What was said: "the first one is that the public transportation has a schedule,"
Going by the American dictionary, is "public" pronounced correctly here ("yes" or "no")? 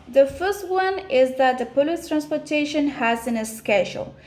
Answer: no